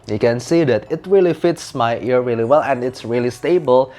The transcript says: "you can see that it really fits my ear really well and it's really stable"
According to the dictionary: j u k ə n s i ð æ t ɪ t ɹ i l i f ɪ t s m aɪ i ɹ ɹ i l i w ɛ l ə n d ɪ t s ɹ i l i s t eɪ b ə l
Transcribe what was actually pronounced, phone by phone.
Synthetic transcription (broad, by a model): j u k ə n s i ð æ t ɪ t ɹ i l i f ɪ t s m aɪ i ɹ ɹ i l i w ɛ l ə n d ɪ t s ɹ i l i s t eɪ b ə l